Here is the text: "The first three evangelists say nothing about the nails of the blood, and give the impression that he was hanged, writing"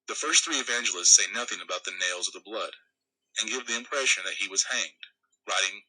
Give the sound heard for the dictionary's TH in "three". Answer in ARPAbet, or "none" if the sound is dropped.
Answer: TH